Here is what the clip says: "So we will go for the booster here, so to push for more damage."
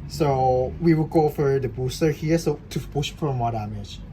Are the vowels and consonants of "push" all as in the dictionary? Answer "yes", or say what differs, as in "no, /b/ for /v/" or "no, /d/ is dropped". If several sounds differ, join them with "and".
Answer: no, /b/ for /p/